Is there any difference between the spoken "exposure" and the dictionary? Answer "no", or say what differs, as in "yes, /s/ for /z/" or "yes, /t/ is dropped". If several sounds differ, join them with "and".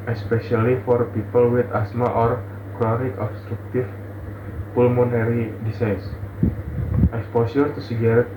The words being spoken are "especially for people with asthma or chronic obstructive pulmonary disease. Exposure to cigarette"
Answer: yes, /s/ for /ʒ/